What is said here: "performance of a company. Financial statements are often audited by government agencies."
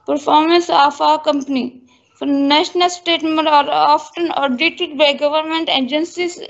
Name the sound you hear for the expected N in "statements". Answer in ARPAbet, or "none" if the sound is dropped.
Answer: none